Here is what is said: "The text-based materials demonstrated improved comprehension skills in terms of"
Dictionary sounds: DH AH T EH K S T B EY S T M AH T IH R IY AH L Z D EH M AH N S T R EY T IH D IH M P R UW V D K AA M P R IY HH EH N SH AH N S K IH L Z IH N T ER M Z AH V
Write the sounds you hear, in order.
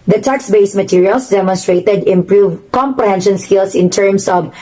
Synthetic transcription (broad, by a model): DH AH T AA K S B EY S M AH T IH R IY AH L S D EH M AH N S T R EY T IH D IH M P R UW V K AA M P R IY HH EH N SH AH N S K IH L S IH N T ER M S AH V